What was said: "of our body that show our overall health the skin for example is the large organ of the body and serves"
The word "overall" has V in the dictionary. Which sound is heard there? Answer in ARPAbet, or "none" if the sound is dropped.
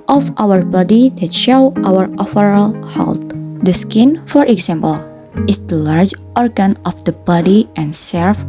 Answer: F